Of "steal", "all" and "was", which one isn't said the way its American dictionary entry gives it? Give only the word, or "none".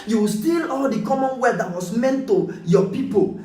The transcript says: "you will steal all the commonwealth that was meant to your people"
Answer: was